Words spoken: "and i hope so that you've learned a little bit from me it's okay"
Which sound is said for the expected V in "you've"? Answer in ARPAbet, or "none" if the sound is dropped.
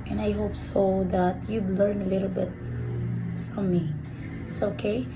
B